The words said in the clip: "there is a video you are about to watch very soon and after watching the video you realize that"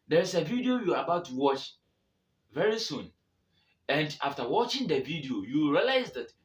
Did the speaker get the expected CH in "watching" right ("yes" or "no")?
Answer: yes